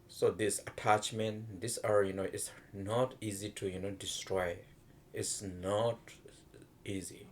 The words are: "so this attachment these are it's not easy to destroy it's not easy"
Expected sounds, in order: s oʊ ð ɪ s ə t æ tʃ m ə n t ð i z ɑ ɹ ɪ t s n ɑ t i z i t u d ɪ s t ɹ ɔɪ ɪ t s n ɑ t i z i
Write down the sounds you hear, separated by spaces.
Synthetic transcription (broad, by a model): s oʊ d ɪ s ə t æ tʃ m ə n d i s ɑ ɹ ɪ t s n ɑ t i z i t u d ɪ s t ɹ ɔɪ ɪ t s n ɑ t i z i